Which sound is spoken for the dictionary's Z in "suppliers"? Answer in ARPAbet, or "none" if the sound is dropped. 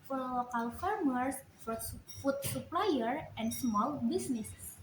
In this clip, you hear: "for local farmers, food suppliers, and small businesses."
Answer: none